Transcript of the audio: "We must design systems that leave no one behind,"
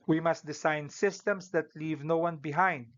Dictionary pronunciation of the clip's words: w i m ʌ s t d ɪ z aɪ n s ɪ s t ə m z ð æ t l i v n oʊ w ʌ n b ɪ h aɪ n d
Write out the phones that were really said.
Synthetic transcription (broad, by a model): w i m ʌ s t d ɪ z aɪ n s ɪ s t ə m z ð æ t l i v n oʊ w ʌ n b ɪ h aɪ n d